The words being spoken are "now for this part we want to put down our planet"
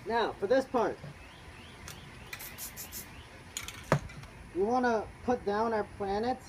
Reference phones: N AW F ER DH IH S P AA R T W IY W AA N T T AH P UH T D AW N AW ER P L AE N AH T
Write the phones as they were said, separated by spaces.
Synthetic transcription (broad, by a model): N AW F ER DH IH S P AA R T W IY W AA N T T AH P UH T D AW N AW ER P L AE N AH T